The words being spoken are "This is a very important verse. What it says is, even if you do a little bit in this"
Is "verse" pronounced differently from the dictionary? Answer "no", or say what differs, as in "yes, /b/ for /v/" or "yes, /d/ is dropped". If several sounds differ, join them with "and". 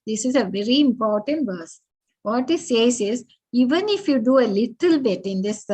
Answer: no